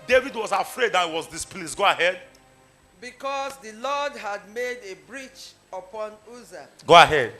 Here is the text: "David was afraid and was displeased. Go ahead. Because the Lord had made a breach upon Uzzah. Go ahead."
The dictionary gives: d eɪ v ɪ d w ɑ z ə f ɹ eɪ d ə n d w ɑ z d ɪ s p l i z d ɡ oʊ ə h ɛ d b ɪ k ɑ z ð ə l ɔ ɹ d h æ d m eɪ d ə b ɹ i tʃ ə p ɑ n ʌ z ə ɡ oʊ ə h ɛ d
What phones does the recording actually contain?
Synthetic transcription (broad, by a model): d eɪ v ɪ d w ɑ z ə f ɹ eɪ d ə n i w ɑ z d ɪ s p l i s ɡ oʊ ə h ɛ d b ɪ k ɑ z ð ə l ɔ d h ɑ d m eɪ d ə b ɹ i tʃ ə p ɑ n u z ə ɡ oʊ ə h ɛ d